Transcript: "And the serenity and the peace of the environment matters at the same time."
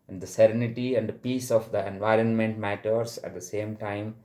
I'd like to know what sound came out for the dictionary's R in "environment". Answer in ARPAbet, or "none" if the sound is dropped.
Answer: R